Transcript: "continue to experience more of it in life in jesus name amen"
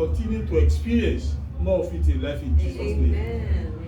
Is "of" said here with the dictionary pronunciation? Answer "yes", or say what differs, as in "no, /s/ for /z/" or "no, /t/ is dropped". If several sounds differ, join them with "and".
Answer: no, /f/ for /v/